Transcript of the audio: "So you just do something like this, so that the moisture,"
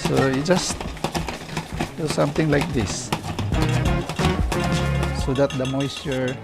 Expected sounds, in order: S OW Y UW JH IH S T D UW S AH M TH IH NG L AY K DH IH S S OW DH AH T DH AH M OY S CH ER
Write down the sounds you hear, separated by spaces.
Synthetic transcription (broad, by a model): S OW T JH IH S T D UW S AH M T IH NG L AY K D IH S S OW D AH T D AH M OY S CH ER